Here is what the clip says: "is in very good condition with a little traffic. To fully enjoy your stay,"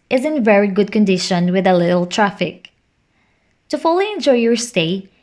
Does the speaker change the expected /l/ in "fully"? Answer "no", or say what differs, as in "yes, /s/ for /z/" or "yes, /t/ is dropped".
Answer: no